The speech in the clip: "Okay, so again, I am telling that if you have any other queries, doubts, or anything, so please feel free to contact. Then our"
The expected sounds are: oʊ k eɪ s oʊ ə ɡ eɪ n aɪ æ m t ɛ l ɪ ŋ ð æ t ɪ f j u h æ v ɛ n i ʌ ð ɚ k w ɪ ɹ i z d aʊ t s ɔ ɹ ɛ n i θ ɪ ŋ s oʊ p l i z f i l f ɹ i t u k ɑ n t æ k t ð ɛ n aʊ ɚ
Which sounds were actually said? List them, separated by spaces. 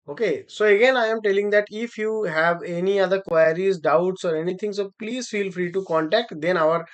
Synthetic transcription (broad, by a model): oʊ k eɪ s oʊ ə ɡ eɪ n aɪ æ m t ɛ l ɪ ŋ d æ t ɪ f j u h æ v ɛ n i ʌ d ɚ k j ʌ ɹ i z d aʊ t s ɔ ɹ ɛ n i t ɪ ŋ s oʊ p l i z f i l f ɹ i t u k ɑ n t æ k t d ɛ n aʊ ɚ